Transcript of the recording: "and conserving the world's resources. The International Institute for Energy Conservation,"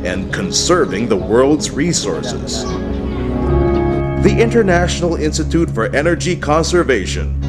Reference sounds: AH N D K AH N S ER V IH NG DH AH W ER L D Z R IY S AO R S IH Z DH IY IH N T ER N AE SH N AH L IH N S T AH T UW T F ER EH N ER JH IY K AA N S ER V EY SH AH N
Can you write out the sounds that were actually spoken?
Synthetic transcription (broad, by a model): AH N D K AH N S ER V IH NG DH AH W ER L D Z R IY S AO R S IH Z DH IY IH N T ER N AE SH N L IH N S T AH T UW T F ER EH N ER JH IY K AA N S ER V EY SH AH N